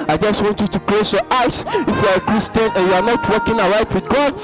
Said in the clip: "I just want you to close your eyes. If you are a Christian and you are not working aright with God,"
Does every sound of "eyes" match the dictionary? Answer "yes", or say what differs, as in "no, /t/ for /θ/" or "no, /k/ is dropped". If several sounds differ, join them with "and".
no, /s/ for /z/